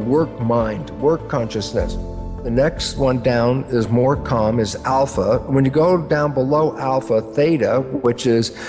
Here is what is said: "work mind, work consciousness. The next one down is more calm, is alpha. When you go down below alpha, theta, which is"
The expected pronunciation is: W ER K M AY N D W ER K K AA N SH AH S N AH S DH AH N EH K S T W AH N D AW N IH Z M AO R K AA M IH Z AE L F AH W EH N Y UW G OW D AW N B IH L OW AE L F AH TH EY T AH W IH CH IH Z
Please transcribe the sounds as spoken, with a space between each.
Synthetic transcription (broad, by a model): W ER K M AY N D W ER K K AA N SH AH S N AH S DH AH N EH K S T W AH N D AW N IH Z M AO R K AA M IH Z AE L F AH W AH N Y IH G OW D AW N B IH L OW AE L F AH TH EY T AH W IH CH IH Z